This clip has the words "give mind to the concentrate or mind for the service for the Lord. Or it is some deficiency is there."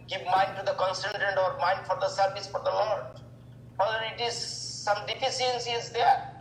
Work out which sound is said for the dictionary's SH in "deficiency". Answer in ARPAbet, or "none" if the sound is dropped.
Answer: S